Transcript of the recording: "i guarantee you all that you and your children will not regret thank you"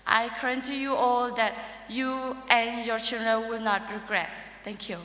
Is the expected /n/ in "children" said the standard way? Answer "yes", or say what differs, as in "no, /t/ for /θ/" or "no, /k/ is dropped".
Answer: no, /l/ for /n/